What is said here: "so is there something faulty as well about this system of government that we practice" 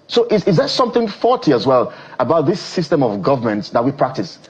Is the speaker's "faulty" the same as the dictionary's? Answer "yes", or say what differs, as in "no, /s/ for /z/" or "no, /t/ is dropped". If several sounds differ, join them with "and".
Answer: no, /l/ is dropped